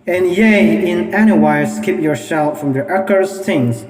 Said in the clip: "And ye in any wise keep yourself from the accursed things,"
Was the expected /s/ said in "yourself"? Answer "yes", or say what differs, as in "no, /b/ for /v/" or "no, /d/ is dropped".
no, /ʃ/ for /s/